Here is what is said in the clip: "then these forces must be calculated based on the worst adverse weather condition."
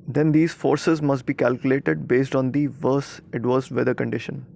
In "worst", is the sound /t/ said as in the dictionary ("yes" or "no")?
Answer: no